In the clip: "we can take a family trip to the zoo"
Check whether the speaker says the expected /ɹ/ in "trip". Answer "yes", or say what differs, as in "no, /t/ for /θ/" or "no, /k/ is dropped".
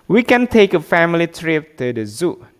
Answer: yes